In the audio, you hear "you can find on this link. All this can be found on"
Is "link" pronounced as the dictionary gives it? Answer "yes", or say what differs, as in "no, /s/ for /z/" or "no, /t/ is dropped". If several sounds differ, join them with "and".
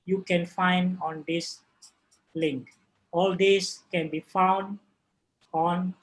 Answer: yes